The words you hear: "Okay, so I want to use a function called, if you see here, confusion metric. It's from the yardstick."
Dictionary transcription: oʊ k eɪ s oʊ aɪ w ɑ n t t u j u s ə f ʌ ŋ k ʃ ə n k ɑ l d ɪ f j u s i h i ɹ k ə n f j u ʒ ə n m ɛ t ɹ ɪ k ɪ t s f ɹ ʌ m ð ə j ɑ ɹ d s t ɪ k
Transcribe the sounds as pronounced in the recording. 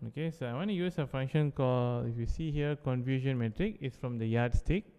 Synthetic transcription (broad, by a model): oʊ k eɪ s oʊ aɪ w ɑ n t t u j u s ə f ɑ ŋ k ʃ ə n k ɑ l ɪ f j u s i h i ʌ k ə n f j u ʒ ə n m ɛ t ɹ ɪ k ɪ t s f ɹ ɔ m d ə j ɑ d s t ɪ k